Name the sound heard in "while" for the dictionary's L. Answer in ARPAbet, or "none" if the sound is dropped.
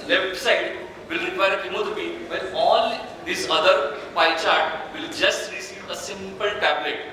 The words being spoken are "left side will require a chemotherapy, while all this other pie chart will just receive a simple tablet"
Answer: N